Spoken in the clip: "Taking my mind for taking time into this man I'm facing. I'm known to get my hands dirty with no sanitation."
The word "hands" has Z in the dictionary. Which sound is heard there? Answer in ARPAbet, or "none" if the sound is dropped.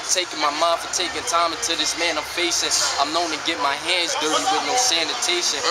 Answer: Z